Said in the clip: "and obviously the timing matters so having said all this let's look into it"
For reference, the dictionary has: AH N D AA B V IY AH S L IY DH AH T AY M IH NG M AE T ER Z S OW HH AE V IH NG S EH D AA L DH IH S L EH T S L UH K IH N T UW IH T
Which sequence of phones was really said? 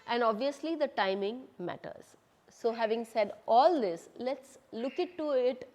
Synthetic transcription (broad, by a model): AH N D AA B V IY AH S L IY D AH T AY M IH NG M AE T ER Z S OW HH AE V IH NG S EH D AA L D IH S L EH T S L UH K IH T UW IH T